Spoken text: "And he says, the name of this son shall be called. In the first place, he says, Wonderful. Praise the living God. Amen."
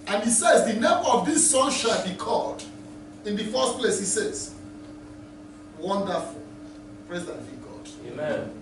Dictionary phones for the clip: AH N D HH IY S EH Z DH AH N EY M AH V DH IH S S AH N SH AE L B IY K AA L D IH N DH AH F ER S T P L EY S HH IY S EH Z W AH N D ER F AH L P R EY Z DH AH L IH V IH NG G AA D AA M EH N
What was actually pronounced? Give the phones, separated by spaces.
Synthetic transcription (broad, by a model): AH N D HH IY S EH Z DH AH N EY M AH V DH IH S S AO N SH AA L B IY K AA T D IH N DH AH F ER S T P L EY S HH IY S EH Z W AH N D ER F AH L P R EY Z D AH N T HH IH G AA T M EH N